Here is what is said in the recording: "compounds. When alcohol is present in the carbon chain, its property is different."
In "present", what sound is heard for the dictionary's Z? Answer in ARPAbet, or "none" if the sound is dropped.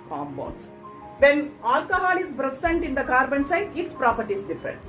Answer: S